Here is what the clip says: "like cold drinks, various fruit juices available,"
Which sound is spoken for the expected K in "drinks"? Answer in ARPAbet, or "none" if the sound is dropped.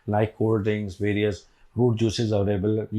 none